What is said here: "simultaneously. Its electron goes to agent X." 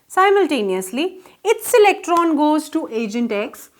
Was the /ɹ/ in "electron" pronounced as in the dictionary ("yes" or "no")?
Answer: yes